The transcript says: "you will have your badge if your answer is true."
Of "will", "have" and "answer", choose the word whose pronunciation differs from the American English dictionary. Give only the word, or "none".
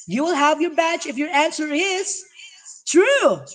none